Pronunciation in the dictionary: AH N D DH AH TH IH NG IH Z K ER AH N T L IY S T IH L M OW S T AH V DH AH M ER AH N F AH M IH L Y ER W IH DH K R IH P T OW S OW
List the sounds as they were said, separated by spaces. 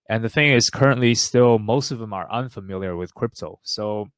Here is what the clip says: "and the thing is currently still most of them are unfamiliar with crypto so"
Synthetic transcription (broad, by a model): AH N DH AH TH IH NG IH Z K ER AH N T L IY S T IH L M OW S T AH V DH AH M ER AH N F AH M IH L Y ER W IH DH K R IH P T OW S OW